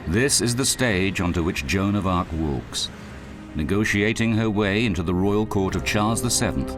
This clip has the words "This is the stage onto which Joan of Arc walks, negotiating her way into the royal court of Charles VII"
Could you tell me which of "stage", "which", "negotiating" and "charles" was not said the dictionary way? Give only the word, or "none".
none